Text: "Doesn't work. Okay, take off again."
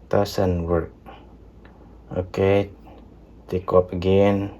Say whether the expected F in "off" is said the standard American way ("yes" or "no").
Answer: no